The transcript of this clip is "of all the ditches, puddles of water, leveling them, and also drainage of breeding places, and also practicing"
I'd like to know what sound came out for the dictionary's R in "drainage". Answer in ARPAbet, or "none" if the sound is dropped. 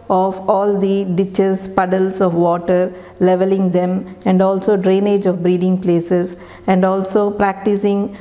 R